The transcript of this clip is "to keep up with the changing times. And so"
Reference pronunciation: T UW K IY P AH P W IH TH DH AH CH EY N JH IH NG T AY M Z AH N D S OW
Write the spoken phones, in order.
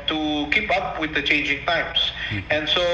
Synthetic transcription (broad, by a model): T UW K IY P AH P W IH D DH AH CH EY N JH IH NG T AY M S AH N D S OW